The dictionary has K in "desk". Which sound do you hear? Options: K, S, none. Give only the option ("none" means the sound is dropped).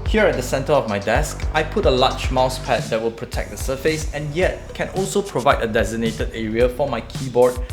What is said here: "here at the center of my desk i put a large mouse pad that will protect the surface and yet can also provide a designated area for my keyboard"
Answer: K